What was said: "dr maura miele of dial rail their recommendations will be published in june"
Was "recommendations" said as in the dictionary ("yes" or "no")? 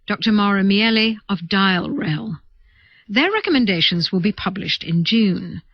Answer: yes